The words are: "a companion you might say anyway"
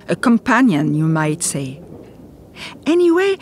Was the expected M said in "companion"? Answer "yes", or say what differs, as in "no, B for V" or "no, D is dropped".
yes